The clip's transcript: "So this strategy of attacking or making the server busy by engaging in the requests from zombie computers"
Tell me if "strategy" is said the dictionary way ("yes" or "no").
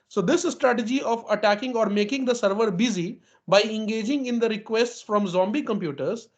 yes